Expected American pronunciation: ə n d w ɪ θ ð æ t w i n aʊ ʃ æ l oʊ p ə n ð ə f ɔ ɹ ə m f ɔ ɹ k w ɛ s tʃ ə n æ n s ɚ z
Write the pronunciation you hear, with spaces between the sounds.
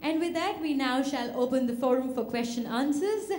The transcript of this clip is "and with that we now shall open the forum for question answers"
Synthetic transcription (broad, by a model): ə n d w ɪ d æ t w i n aʊ ʃ æ l oʊ p ə n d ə f ɔ ɹ ə m f ɔ ɹ k w ɛ s tʃ ə n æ n s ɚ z